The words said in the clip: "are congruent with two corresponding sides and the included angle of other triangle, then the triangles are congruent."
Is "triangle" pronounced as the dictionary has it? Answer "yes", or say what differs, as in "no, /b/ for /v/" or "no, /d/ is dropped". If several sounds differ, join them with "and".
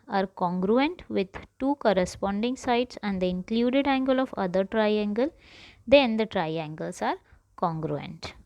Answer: yes